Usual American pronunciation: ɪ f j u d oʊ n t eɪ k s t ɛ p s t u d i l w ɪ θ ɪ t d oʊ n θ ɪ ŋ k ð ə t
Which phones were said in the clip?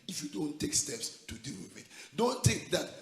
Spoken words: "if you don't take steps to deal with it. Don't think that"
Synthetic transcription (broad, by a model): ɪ f j u d oʊ n t eɪ k s t ɛ p s t u d i l w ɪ ɪ t d oʊ n t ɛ k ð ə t